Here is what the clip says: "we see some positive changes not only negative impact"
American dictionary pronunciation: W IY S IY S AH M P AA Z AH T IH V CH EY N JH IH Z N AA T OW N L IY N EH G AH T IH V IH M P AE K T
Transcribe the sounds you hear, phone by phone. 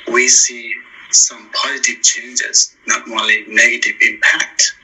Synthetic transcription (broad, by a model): W IY S IY S AH M P AA Z AH T IH V CH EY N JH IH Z N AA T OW L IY N EH G AH T IH V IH M P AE K T